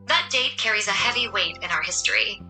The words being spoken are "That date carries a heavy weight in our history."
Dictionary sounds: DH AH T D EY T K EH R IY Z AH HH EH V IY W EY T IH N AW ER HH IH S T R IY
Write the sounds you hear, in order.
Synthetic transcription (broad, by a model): DH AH T D EY T K EH R IY Z AH HH EH V IY W EY T IH N AW ER HH IH S T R IY